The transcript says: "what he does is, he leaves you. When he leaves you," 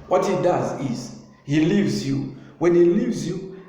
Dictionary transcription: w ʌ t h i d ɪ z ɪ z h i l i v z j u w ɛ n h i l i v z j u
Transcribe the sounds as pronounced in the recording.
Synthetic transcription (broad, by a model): w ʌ t h i d ɪ z ɪ z h i l i v z j u w ɛ n h i l i v z j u